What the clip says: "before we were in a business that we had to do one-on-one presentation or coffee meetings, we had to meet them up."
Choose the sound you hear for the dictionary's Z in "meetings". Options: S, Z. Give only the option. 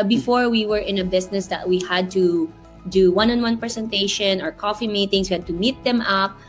S